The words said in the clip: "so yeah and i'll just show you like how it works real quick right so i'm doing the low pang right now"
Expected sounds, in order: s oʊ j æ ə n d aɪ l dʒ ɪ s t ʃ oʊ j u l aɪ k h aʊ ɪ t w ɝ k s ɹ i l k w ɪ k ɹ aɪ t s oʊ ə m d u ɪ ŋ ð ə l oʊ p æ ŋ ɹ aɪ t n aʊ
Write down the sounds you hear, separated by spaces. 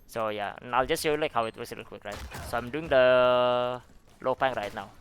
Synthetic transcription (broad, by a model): s oʊ j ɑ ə n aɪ l dʒ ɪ s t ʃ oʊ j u l aɪ k h aʊ ɪ t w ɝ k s l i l k w ɪ k ɹ aɪ t s oʊ ə m d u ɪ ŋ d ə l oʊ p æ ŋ ɹ aɪ t n aʊ